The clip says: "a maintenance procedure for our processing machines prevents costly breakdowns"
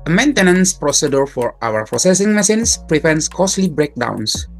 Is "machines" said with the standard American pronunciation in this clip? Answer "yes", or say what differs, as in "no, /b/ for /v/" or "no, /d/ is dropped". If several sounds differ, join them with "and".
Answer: no, /s/ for /ʃ/ and /s/ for /z/